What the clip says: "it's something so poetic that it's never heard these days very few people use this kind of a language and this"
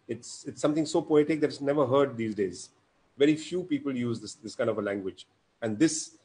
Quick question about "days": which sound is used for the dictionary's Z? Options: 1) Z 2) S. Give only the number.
1